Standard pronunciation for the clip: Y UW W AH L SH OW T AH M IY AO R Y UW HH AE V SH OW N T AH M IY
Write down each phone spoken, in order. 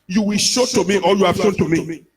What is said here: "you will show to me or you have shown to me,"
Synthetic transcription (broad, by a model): Y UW W AH L SH OW T AH M IY AO L Y UW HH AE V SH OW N T AH M IY